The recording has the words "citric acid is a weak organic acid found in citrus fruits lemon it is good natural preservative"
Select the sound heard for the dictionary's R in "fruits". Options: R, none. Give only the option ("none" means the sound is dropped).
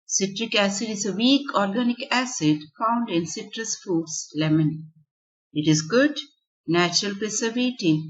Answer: none